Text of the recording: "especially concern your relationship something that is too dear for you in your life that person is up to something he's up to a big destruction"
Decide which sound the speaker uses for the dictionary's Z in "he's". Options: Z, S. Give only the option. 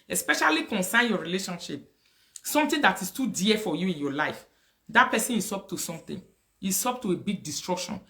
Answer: S